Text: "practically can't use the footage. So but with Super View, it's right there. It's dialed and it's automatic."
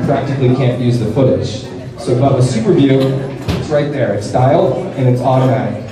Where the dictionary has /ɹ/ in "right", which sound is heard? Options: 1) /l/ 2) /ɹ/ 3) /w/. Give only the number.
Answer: 2